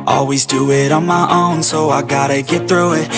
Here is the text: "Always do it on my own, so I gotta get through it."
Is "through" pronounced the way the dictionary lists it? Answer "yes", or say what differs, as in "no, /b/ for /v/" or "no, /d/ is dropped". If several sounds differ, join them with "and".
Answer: yes